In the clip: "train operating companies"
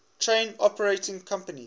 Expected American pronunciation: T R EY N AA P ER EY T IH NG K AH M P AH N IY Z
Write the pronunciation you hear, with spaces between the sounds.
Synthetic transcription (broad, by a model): T R EY N AA P ER EY T IH NG K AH M P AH N IY